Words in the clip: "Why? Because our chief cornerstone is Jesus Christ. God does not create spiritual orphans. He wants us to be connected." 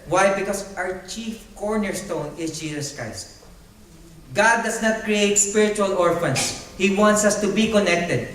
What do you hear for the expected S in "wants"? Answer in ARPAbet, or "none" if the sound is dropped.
S